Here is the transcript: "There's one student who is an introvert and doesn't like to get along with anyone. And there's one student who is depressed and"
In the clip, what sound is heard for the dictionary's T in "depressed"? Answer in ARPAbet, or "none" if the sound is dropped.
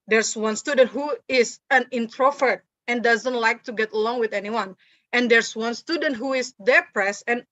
none